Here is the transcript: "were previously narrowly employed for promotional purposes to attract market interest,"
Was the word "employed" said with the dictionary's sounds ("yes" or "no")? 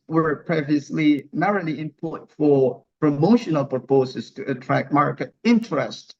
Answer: no